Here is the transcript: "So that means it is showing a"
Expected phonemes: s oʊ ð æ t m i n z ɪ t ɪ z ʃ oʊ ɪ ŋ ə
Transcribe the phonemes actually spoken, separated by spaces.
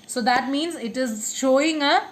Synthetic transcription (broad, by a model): s oʊ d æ t m i n z ɪ t ɪ z ʃ oʊ ɪ ŋ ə